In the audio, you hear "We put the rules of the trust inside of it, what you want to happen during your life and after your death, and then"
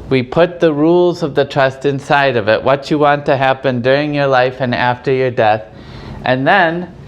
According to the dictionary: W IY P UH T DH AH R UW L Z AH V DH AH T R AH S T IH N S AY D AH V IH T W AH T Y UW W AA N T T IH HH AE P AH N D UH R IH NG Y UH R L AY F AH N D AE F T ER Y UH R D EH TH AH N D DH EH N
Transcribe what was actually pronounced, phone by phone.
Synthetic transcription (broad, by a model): W IY P UH T DH AH R UW L Z AH V DH AH T R AH S T IH N S AY D AH V IH T W AH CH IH W AA N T T IH HH AE P AH N D UH R IH NG Y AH R L AY F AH N AE F T ER Y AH R D EH TH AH N DH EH N